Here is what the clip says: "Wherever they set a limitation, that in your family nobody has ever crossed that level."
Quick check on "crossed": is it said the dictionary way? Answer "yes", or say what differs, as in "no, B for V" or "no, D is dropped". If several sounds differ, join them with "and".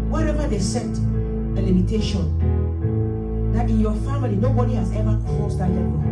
no, R is dropped